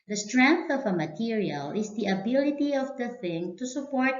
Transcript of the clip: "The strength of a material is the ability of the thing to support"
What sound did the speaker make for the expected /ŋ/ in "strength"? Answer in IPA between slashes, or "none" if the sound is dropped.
/ŋ/